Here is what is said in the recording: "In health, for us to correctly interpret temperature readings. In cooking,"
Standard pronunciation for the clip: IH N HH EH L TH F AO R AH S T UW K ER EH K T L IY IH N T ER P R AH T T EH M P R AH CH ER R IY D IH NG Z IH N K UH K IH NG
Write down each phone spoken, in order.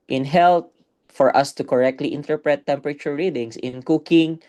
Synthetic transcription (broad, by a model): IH N HH EH L T F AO R AH S T UW K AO EH K T L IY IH N T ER P R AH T T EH M P R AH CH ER R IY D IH NG S IH N K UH K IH NG